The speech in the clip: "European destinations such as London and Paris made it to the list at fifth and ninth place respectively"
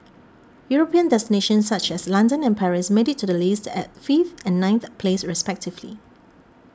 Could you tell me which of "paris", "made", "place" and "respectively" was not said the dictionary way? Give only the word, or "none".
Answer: none